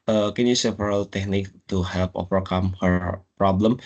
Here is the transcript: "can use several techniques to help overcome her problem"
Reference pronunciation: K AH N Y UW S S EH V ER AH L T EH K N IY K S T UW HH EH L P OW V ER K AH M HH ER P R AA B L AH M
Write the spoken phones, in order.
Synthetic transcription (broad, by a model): K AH N Y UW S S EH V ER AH L T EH K N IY K T UW HH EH L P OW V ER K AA M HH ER P R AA B L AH M